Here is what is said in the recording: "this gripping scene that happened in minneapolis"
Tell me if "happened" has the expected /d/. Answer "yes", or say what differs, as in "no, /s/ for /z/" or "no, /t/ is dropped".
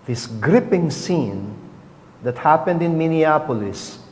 yes